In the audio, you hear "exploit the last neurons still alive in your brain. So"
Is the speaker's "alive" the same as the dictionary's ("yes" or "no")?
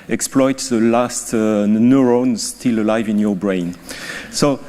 yes